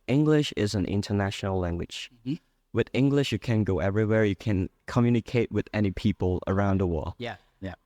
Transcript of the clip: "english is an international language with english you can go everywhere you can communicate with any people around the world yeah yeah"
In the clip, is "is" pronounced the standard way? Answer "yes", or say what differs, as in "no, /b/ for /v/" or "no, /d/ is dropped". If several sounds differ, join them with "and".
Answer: yes